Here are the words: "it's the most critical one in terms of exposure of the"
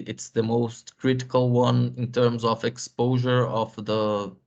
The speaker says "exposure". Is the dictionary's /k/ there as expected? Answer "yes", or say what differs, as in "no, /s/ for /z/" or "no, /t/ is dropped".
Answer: yes